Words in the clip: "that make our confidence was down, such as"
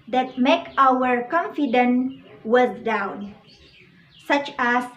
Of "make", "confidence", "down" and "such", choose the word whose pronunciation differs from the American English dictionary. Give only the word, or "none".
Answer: confidence